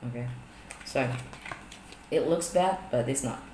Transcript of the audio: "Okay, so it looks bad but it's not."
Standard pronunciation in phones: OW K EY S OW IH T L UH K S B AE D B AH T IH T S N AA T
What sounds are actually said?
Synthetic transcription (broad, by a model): OW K EY S OW IH T L UH K S B AE D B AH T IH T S N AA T